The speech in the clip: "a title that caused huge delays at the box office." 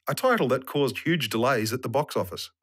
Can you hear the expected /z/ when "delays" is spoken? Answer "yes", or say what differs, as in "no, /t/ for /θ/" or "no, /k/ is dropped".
yes